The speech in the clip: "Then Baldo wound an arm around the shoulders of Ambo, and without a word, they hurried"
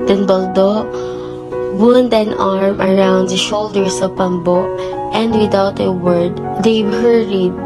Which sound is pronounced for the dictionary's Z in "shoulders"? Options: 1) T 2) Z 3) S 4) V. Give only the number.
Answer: 3